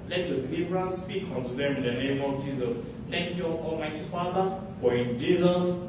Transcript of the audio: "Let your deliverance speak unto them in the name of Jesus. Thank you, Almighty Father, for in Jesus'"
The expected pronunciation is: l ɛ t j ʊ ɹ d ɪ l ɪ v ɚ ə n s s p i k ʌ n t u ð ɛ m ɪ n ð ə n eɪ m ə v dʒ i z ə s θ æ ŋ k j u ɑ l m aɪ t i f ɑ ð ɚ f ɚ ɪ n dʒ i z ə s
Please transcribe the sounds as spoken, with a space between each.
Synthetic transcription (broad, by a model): l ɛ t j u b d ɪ l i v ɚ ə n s s p i k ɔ n t u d ɛ m ɪ n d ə n eɪ m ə f dʒ i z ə s t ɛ ŋ k j u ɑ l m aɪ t f ɑ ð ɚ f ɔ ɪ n dʒ i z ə s